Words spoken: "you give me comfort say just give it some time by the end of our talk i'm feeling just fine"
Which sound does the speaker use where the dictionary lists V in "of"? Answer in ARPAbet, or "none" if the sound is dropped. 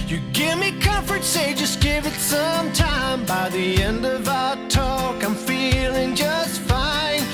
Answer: V